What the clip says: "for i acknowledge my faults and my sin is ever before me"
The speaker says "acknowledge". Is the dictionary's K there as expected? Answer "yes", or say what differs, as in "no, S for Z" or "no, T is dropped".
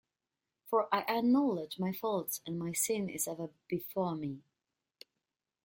no, K is dropped